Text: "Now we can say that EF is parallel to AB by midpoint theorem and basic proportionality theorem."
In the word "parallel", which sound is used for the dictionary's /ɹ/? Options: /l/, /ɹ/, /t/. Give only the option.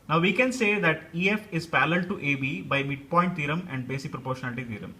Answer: /l/